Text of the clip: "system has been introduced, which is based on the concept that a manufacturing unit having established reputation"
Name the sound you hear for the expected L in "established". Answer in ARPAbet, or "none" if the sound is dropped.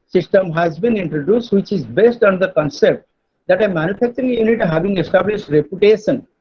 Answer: L